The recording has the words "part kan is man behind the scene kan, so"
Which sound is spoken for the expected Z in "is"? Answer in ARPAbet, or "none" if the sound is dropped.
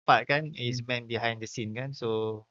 S